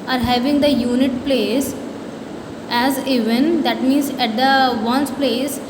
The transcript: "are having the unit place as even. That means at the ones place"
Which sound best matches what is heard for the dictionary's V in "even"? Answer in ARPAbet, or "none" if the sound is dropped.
V